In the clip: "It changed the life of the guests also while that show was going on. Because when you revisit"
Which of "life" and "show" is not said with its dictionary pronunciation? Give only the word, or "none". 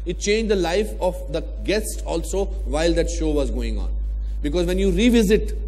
none